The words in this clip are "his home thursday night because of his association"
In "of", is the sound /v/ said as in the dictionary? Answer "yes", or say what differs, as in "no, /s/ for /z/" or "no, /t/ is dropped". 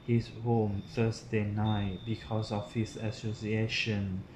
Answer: no, /f/ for /v/